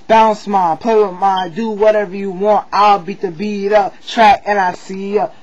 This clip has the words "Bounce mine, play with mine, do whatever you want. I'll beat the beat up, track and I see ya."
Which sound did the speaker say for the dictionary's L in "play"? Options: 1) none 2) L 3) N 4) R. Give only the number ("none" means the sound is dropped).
1